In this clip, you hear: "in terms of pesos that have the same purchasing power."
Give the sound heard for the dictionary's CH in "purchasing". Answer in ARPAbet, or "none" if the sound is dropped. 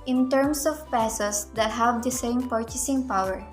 CH